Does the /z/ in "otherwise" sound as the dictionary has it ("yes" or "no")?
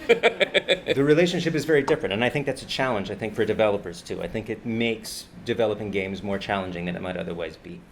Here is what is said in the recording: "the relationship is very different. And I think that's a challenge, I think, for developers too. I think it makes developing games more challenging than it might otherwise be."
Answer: yes